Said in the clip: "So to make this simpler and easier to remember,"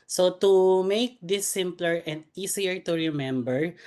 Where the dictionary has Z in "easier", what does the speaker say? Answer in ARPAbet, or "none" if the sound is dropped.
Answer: S